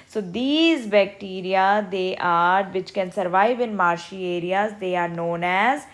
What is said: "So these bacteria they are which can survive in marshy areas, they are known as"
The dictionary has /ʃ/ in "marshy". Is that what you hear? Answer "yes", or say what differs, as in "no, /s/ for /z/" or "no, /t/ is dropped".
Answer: yes